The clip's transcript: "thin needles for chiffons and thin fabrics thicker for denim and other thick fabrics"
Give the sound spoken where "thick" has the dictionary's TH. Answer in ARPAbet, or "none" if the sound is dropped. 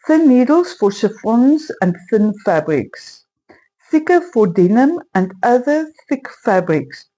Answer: TH